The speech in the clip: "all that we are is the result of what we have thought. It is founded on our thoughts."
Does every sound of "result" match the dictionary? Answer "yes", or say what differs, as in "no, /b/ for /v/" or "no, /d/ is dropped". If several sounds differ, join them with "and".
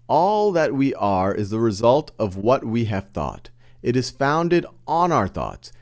yes